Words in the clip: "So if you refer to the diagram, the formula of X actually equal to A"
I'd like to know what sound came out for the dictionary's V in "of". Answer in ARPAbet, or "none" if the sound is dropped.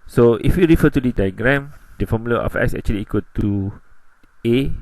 F